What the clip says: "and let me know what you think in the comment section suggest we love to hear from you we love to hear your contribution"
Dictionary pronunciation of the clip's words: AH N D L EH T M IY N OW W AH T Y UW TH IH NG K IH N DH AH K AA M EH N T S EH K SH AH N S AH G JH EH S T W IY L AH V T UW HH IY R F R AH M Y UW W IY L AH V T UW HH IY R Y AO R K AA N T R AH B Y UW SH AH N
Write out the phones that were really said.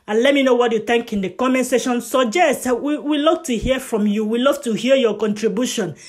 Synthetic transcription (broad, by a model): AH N L EH T M IY N OW W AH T Y UW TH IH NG K IH N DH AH K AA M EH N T S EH SH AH N S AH JH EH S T W IY L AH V T UW HH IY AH F R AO M Y UW W IY L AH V T UW HH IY Y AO K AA N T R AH B Y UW SH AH N